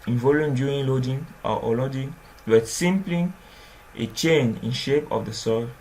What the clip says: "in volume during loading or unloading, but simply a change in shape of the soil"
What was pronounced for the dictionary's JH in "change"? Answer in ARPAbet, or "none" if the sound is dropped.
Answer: none